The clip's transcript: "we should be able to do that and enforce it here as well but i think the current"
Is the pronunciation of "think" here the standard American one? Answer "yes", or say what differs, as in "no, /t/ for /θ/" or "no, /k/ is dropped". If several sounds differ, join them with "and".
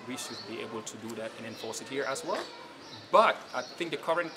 yes